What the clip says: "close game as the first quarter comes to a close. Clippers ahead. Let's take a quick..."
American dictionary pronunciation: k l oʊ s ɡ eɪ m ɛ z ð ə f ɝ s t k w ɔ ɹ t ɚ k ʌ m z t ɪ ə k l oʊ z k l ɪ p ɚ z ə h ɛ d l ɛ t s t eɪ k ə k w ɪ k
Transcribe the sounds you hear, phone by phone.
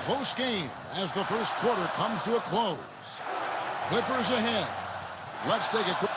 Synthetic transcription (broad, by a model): oʊ s ɡ eɪ m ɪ z ð ə f ɝ s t k w ɔ ɹ t ɚ k ʌ m z t ɪ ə k l oʊ z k w ɪ p ɚ z ə h ɛ d l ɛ t s t eɪ ə k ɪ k